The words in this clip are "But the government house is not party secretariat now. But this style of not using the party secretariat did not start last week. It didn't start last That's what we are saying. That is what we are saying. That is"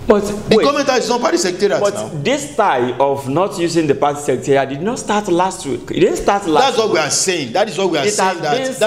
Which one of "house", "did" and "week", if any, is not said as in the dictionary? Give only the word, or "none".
house